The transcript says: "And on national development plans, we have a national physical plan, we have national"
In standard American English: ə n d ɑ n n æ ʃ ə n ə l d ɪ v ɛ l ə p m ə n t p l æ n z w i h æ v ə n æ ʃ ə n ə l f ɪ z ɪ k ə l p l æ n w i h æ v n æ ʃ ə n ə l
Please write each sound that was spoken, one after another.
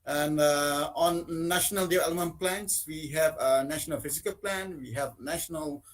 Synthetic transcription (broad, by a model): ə n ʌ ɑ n n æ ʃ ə n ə l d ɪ ɛ l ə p m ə n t p l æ n s w i h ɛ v ə n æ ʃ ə n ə l f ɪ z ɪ k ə l p l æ n w i h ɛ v n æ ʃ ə n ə l